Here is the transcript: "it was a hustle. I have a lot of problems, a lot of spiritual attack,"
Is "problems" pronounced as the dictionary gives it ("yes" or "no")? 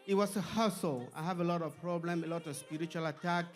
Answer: no